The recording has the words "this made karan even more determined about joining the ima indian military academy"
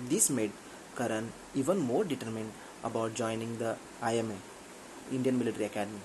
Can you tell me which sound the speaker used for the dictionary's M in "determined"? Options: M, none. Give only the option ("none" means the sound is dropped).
M